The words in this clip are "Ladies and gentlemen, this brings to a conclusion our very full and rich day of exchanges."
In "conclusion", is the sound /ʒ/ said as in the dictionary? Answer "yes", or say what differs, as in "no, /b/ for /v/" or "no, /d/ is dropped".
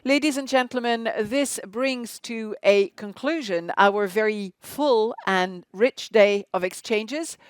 yes